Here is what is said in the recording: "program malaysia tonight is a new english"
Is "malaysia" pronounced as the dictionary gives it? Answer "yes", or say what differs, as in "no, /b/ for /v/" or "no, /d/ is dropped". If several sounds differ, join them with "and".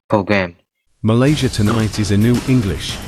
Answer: yes